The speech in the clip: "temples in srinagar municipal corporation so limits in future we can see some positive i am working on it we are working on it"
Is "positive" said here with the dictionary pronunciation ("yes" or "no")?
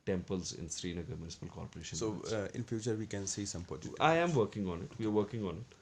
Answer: no